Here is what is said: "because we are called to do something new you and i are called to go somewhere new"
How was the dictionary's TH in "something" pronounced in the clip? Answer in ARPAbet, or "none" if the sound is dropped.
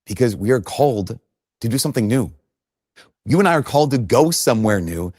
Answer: TH